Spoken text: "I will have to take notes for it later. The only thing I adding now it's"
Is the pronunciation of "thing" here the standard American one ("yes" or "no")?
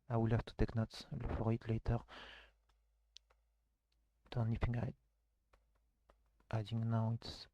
no